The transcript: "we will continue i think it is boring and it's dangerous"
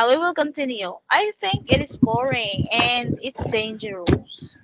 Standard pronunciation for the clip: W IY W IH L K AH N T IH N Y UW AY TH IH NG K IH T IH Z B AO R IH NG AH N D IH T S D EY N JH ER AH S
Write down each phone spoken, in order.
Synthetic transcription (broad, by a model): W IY W IH L K AH N T IH N Y UW AY TH IH NG K IH T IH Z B AO R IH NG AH N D IH T S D EY N JH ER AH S